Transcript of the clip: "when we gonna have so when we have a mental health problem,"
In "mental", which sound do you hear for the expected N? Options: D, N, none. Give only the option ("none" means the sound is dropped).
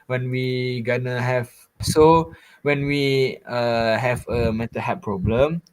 none